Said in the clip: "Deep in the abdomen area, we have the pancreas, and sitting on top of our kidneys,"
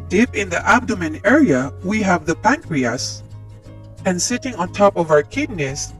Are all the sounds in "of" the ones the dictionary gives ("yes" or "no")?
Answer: yes